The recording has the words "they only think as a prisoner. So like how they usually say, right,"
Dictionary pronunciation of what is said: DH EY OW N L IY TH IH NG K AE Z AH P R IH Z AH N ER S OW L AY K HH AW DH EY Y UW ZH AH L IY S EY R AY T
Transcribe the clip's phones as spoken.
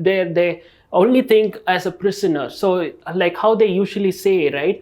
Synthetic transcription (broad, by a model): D EY OW N L IY T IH NG K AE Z AH P R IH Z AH N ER S OW L AY K HH AW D EY Y UW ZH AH L IY S EY R AY T